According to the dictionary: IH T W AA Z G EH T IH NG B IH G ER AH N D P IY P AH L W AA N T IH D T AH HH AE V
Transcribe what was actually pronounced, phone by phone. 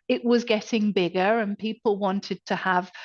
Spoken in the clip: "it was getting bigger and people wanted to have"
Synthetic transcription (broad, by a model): IH T W AA Z G EH T IH NG B IH G ER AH N P IY P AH L W AA N T IH D T AH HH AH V